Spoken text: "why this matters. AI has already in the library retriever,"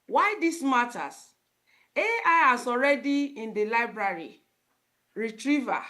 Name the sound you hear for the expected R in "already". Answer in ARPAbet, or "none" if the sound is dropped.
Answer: R